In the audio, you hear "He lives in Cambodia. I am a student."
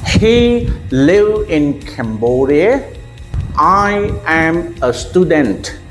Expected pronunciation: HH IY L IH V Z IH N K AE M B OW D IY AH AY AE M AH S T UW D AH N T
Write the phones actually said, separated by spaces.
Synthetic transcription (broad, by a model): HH IY L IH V IH N K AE M B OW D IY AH AY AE M AH S T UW D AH N T